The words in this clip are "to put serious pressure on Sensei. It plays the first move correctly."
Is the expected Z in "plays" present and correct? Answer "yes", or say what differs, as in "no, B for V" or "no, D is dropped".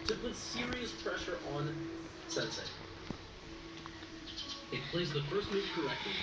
yes